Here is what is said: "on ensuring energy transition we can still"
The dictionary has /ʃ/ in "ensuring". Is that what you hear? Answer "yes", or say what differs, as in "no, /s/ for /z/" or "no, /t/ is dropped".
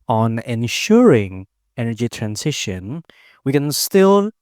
yes